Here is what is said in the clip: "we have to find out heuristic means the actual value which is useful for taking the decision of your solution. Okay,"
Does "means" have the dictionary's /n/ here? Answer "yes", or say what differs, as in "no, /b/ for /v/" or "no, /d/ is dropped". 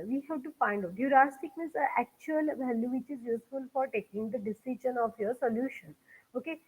no, /n/ is dropped